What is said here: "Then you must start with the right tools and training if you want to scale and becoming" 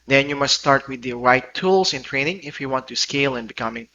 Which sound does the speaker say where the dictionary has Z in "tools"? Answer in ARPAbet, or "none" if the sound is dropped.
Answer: S